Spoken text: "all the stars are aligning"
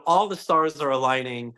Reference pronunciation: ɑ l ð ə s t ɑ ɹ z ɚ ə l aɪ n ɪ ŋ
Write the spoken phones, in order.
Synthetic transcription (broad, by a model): ɑ l ð ə s t ɑ ɹ z ɚ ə l aɪ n ɪ ŋ